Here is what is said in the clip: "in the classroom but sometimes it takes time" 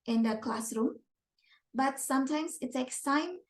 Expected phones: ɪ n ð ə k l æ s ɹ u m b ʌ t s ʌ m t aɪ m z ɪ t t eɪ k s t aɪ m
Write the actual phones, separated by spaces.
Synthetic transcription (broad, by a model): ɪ n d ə k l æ s ɹ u m b ʌ t s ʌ m t aɪ m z ɪ t s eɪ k s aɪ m